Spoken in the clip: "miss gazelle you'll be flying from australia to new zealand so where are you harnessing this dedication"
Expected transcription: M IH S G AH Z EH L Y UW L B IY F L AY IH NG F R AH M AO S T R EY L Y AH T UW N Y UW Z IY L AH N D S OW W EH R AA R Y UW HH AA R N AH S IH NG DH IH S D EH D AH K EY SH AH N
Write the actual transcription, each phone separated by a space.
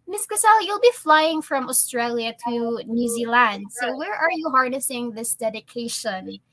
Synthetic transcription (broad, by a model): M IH S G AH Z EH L Y UW L B IY F L AY IH NG F R AH M AO S T R EY L Y AH T UW N Y UW Z IY L AH N D S OW W EH R AA R Y UW HH AA R N AH S IH NG DH IH S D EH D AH K EY SH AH N